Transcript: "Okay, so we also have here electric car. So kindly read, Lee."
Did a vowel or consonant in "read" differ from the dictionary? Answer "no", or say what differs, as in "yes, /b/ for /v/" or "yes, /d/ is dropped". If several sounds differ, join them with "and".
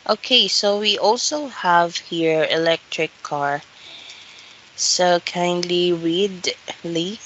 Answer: yes, /w/ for /ɹ/